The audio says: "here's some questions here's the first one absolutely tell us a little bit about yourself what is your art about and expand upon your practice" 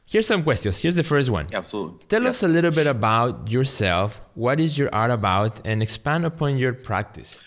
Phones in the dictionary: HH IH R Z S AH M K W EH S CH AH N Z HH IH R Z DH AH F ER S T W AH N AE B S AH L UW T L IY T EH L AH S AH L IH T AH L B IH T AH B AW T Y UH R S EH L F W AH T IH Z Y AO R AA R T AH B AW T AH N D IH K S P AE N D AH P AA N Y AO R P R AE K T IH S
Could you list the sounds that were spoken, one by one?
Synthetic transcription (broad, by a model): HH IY R S AH M K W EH S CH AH N S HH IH R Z DH AH F ER S T W AH N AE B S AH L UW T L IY T EH L AH S AH L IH T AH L B IH T AH B AW T Y UH R S EH L F W AH T IH Z Y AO R AA R T AH B AW T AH N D IH K S P AE N D AH P AA N Y AO R P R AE K T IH S